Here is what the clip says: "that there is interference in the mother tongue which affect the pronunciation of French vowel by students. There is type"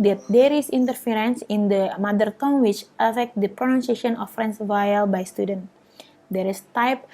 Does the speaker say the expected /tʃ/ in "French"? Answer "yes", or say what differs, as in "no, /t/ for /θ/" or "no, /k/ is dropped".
no, /s/ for /tʃ/